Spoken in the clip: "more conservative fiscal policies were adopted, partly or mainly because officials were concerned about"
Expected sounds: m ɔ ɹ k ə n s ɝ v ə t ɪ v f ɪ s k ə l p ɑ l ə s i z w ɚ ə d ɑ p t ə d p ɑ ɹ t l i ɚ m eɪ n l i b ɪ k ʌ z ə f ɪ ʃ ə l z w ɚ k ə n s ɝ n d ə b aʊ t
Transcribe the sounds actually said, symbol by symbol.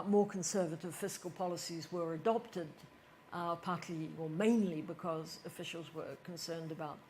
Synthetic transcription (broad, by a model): m ɔ ɹ k ə n s ɝ v ə t ɪ v f ɪ s k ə l p ɑ l ə s i z w ɚ ə d ɑ p t ə d p ɑ ɹ t l i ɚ m eɪ n l i b ɪ k ʌ z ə f ɪ ʃ l z w ɚ k ə n s ɝ n d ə b aʊ t